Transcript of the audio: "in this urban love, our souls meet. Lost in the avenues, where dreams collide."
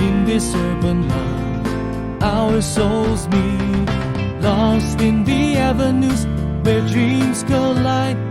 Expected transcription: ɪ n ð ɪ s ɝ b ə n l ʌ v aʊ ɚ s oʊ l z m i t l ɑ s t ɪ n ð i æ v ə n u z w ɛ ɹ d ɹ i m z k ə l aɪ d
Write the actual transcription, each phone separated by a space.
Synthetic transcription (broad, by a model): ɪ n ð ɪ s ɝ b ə n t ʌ aʊ ɚ s oʊ l z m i l ɑ s t ɪ n ð i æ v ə n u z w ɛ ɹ d ɹ i m z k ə l aɪ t